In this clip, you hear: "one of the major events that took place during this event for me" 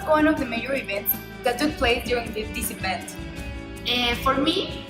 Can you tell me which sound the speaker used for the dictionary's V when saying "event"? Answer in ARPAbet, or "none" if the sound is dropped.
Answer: P